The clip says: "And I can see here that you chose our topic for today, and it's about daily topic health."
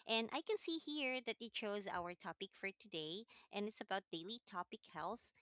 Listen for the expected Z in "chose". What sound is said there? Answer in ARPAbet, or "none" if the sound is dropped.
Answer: Z